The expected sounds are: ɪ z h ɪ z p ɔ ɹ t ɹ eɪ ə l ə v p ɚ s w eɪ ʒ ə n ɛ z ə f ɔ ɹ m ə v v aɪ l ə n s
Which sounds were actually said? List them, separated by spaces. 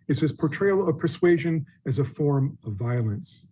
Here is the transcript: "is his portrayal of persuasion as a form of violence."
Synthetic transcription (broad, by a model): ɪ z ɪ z p ɔ ɹ t ɹ eɪ ə l ə v p ɚ s w eɪ ʒ ə n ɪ z ə f ɔ ɹ m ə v v aɪ l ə n s